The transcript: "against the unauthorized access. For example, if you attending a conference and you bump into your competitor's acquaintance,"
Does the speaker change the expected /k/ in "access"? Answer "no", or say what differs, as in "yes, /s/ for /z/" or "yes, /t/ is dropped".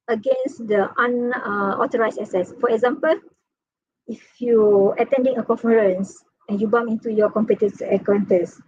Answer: yes, /k/ is dropped